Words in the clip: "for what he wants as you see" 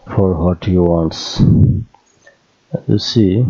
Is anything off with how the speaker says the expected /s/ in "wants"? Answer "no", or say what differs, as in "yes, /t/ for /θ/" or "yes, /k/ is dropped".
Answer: no